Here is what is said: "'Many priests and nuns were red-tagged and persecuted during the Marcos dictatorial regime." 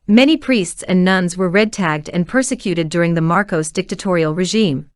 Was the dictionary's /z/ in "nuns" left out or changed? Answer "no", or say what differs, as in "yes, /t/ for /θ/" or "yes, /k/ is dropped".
no